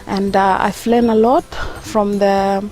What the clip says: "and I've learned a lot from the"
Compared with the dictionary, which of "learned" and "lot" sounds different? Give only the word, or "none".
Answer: learned